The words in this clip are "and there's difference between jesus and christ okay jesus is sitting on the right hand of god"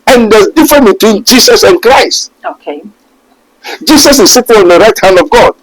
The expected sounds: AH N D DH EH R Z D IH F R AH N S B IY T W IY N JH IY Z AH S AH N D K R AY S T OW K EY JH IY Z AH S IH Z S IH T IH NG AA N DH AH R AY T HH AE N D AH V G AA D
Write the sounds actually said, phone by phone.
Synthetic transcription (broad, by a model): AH N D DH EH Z D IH F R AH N B IY T W IY N JH IY S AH S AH N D K R AY S T OW K EY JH IY S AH S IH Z S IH T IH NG AA N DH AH R AY T HH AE N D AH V G AA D